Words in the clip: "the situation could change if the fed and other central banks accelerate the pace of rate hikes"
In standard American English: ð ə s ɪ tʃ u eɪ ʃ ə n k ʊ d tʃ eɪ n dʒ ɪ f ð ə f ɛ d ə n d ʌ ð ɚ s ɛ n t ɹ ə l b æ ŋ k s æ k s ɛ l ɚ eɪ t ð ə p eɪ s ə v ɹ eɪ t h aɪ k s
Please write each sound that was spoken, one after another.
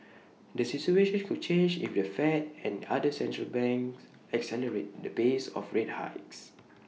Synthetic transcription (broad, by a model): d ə s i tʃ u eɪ ʃ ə n k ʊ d tʃ eɪ n dʒ ɪ f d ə f ɛ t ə n d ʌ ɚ s ɛ n t ɹ ə l b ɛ ŋ k s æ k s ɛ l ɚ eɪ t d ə b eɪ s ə f ɹ eɪ t h aɪ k s